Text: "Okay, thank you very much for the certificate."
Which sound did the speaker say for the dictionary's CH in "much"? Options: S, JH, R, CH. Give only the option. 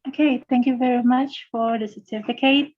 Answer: CH